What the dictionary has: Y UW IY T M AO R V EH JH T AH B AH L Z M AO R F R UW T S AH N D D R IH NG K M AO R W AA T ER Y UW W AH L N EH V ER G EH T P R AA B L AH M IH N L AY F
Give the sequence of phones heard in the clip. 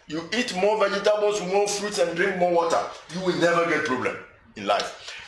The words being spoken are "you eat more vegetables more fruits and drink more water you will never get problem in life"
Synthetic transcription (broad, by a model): Y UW IY T M AO V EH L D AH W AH Z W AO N F R UW T AH N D D R IH NG K M AO W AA T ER Y UW W AH L N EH V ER G EH T P R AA B L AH M IH N L AY F